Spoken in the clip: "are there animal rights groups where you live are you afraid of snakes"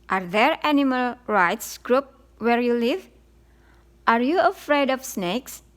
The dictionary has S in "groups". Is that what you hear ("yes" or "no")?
no